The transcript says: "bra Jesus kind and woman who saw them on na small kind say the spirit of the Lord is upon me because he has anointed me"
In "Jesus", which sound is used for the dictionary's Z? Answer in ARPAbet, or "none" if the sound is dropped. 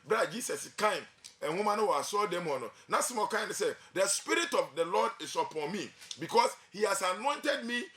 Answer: S